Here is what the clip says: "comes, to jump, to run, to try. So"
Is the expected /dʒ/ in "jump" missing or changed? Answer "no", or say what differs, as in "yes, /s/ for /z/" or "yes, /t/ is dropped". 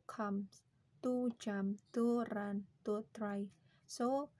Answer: yes, /tʃ/ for /dʒ/